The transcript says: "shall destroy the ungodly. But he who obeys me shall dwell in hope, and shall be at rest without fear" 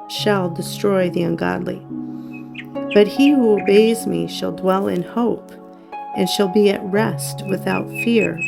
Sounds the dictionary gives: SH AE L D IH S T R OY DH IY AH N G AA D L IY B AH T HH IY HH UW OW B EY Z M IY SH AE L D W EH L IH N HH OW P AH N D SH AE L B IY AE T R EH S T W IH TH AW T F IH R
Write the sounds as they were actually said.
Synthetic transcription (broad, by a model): SH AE L D IH S T R OY DH IY AH N G AA D L IY B AH T HH IY HH UW OW B EY Z M IY SH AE L D W EH L IH N HH OW P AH N SH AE L B IY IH T R EH S T W IH TH AW T F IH R